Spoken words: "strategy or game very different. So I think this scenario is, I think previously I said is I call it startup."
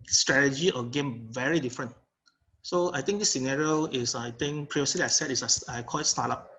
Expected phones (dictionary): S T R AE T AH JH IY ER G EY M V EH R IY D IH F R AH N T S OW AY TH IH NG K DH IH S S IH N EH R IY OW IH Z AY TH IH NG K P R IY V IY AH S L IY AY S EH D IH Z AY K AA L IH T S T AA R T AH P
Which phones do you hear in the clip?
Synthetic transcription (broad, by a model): S T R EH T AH JH IY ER G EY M V EH R IY D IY F R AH N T S OW AY T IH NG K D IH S S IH N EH R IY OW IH S AY T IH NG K P R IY IY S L IY AY S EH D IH S AY K AA L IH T S T AA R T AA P